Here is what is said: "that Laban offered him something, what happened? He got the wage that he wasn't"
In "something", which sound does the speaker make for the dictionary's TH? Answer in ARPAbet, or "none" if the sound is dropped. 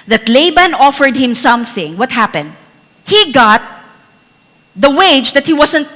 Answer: TH